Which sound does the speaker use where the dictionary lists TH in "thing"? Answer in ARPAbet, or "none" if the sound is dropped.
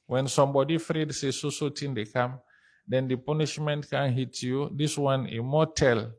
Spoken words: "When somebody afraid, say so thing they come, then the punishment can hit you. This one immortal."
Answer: S